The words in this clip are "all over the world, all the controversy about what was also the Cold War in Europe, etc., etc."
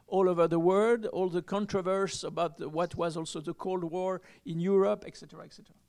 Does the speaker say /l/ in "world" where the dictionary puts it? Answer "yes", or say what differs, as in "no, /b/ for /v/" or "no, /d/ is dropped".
no, /l/ is dropped